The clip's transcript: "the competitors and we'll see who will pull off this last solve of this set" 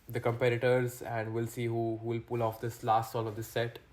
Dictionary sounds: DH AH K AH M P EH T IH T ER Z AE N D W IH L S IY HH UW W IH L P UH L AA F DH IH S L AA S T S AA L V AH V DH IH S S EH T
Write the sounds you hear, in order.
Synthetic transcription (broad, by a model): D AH K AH M P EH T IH T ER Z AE N D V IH L S IY HH UW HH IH L P UH L AA F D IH S L AA S T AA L AH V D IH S S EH T